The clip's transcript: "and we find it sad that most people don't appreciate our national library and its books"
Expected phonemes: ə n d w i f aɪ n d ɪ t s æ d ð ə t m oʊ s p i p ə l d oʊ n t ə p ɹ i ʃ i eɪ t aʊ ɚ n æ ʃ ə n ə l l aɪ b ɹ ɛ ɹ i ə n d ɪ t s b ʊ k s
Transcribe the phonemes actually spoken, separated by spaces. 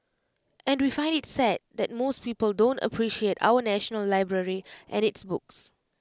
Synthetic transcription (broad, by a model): ə n d w i f aɪ n d ɪ t s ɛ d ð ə t m oʊ s p i p ə l d oʊ n t ə p ɹ i ʃ i eɪ t aʊ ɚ n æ ʃ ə n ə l l aɪ b ɹ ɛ ɹ i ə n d ɪ t s b ʊ k s